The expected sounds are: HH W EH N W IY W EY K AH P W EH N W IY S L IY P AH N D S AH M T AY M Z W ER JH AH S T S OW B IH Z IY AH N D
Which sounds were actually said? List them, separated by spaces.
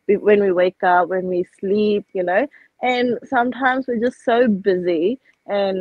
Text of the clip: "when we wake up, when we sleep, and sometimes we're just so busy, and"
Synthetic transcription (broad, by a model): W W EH N W IY W EY K AH P W EH N W IY S L IY P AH N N S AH M T AY M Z W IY JH AH S T S OW B IH Z IY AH N